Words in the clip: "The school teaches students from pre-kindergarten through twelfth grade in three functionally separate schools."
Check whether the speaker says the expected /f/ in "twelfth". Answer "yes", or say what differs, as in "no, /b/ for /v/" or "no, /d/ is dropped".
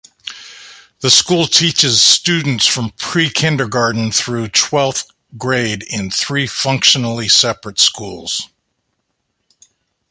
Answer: no, /f/ is dropped